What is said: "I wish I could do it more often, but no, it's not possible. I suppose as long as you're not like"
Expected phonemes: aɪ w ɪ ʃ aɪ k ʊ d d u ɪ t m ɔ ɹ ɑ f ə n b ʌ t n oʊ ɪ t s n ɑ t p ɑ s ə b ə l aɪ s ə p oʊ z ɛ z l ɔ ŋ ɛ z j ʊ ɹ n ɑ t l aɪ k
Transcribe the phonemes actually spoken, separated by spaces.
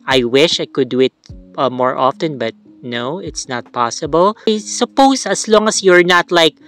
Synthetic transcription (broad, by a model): aɪ w ɪ ʃ aɪ k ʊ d d u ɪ t m ɔ ɹ ɑ f ə n b ʌ t n oʊ ɪ t s n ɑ t p ɑ s ə b ə l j s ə p oʊ s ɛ s l ɔ ŋ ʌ s j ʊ ɹ n ɑ t l aɪ k